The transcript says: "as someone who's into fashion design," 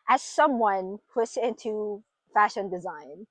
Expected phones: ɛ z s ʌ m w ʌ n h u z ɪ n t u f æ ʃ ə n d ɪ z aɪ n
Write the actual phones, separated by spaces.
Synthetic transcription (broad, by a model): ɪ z s ʌ m w ʌ n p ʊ s ɪ n t u f æ ʃ ə n d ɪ z aɪ n